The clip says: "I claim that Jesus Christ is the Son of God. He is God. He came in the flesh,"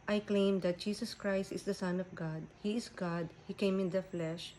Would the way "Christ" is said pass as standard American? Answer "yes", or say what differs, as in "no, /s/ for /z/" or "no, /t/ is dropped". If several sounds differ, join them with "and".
yes